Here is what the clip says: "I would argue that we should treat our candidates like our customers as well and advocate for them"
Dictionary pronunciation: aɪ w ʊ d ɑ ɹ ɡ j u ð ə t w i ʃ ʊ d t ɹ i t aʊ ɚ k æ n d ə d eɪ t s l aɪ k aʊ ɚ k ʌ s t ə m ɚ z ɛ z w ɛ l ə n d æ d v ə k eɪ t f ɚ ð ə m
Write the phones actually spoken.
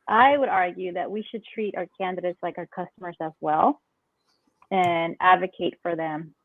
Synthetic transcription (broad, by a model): aɪ w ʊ d ɑ ɹ ɡ j u ð ə t w i ʃ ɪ d t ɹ i t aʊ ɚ k æ n d ə d eɪ t s l aɪ k aʊ ɚ k ʌ s t ə m ɚ z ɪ z w ɛ l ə n æ d v ə k eɪ t f ɚ ð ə m